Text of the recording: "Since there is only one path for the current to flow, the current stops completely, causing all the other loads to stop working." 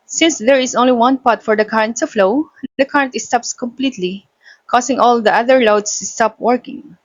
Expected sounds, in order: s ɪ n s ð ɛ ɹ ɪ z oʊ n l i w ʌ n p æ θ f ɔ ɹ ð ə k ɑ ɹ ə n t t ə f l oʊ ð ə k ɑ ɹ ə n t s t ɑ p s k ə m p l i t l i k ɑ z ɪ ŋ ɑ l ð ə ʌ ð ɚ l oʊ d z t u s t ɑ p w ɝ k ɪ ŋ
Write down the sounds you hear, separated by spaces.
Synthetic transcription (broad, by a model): s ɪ n s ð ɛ ɹ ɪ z oʊ n l i w ʌ n p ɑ t f ɔ ɹ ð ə k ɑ ɹ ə n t t ə f l oʊ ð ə k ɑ ɹ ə n t s t ɑ p s k ə m p l i t l i k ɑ s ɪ ŋ ɑ l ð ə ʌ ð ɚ l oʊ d s t u s t ɑ p w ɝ k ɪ ŋ